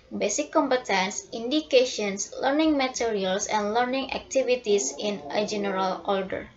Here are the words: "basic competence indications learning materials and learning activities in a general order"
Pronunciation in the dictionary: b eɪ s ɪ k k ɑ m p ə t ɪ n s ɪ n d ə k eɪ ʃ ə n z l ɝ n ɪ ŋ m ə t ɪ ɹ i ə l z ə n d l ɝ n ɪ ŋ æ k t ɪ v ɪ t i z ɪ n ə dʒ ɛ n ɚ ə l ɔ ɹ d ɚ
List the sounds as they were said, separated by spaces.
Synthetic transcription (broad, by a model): b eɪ s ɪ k k ɑ m p ə t ɪ n s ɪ n d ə k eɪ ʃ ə n s l ɝ n ɪ ŋ m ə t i ɹ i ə l s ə n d l ɝ n ɪ ŋ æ k t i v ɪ t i s ɪ n ə dʒ ɛ n ɚ ə l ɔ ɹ d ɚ